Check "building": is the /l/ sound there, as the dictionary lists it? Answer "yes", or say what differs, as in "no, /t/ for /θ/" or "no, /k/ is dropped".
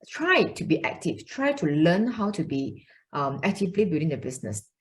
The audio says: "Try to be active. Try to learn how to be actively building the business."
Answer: no, /l/ is dropped